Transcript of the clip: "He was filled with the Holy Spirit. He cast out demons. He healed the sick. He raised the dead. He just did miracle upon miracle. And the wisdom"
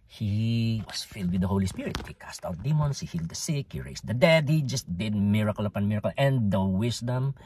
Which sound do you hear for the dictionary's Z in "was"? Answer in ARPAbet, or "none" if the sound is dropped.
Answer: S